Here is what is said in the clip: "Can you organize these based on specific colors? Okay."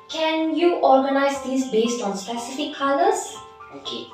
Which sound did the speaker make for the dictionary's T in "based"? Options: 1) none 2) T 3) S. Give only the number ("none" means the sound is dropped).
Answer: 2